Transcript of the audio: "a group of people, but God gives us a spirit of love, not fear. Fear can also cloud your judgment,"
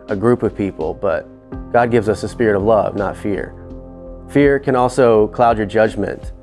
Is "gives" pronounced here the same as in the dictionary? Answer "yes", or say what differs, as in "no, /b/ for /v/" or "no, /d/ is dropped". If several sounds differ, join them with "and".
yes